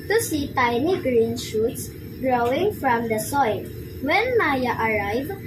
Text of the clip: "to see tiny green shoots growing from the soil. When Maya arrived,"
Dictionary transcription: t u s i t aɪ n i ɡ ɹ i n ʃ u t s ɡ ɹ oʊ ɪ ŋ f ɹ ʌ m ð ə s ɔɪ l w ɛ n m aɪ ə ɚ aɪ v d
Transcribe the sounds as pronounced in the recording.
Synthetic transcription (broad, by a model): t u s i t aɪ n i ɡ ɹ i n ʃ u t s ɡ ɹ oʊ ɪ ŋ f ɹ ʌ m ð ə s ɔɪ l w ɛ n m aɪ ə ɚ aɪ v